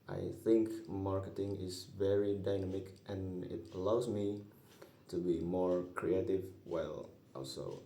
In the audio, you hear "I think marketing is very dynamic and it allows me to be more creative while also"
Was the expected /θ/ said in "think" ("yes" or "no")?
yes